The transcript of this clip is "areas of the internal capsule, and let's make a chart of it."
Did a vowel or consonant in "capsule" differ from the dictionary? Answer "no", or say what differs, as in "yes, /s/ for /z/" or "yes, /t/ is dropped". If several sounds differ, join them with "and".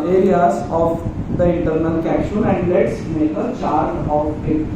yes, /n/ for /l/